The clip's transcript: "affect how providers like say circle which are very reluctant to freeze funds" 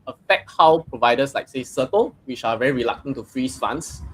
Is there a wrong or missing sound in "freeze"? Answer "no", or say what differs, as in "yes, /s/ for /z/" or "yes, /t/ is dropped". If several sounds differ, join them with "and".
yes, /s/ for /z/